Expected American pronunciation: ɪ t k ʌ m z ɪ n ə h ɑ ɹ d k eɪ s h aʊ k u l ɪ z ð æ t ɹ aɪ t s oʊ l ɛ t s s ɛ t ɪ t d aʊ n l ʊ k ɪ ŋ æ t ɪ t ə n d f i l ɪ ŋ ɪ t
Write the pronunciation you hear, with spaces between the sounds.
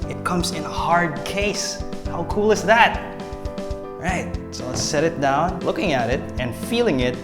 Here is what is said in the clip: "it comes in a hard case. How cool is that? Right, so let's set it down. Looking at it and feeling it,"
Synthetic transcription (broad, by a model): ɪ t k ʌ m z ɪ n ə h ɑ ɹ d k eɪ s h aʊ k u l ɪ z ð æ t ɹ aɪ t s oʊ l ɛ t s s ɛ t ɪ t d aʊ n l ʊ k ɪ ŋ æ t ɪ t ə n f i l ɪ ŋ ɪ t